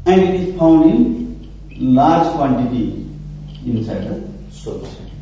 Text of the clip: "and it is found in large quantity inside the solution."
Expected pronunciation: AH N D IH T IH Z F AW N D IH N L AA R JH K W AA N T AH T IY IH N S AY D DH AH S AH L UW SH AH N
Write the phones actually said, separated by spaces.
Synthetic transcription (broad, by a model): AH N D IH T IH Z P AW N D IH N L AA R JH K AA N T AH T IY IH N S AY D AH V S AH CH